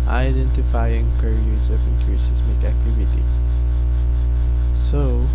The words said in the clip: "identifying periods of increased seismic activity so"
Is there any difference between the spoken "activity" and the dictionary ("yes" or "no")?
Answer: no